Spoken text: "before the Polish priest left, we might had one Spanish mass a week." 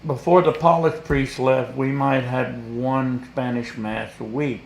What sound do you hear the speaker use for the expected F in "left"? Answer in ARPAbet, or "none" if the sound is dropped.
F